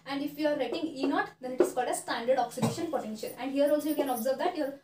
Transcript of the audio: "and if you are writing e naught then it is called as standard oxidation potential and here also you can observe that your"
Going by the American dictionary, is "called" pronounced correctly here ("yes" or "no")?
yes